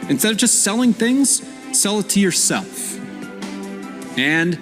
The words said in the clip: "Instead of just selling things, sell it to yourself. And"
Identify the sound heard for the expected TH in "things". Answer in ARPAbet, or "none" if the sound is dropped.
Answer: TH